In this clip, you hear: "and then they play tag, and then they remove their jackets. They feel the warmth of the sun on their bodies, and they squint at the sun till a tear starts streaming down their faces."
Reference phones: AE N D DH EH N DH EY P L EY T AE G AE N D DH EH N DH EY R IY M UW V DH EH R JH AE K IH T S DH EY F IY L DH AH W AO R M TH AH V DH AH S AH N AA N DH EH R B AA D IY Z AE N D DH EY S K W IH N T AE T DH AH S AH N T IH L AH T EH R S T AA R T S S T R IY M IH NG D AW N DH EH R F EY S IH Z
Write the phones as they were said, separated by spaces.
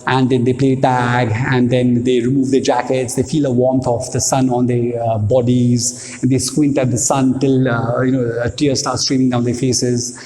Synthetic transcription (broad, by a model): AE N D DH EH N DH EY P L EY T AE G AE N D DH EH N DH EY R IY M UW V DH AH JH AE K IH T S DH EY F IY L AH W AO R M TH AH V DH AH S AH N AA N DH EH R B AA D IY Z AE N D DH EY S K W IH N T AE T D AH S AH N T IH L AH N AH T S T AA R T S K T R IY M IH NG D AW N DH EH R F EY S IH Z